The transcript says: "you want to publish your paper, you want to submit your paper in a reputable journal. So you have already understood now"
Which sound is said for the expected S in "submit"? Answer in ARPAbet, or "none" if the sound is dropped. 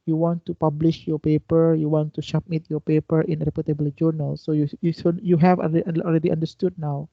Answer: SH